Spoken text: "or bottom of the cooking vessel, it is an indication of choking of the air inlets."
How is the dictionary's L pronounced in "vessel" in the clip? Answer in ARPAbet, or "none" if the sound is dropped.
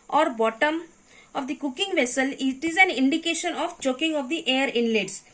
L